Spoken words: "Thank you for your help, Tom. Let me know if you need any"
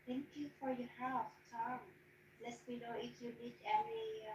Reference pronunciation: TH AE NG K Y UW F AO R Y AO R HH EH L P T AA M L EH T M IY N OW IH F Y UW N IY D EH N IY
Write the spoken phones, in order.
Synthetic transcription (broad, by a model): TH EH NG K Y UW F AO R Y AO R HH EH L F T AA M L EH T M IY N OW IH F Y UW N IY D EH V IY